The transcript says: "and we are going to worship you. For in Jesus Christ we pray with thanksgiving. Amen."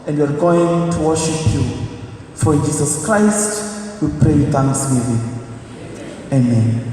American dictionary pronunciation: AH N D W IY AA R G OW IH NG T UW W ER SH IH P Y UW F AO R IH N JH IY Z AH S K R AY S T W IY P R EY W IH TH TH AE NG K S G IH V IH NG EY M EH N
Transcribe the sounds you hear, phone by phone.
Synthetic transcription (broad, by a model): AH N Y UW AA R G OW IH NG T UW W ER SH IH P Y UW F AO R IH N JH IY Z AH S K R AY S T W IY P R EY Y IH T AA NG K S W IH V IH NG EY M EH N